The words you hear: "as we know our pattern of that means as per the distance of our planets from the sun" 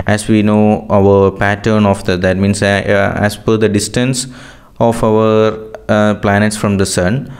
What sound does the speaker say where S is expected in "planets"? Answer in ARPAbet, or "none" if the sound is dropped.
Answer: S